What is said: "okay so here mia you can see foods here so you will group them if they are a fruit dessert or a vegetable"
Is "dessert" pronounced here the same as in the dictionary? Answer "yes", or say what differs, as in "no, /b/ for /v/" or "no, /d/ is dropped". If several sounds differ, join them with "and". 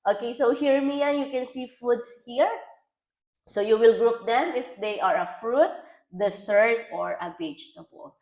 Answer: no, /s/ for /z/